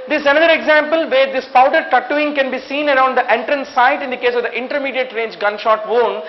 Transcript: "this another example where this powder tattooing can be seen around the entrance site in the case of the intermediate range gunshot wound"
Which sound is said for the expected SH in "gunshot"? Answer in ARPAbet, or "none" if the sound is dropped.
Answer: SH